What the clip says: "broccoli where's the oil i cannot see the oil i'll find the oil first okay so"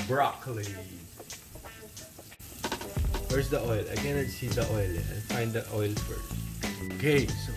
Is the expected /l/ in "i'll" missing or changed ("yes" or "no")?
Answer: yes